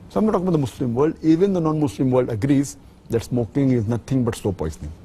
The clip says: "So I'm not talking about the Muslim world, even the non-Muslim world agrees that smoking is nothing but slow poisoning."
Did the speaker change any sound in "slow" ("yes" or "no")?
yes